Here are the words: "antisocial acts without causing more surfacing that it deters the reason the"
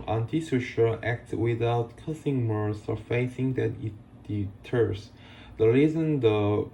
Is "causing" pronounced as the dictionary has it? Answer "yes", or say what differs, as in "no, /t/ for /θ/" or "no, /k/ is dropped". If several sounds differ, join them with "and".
no, /s/ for /z/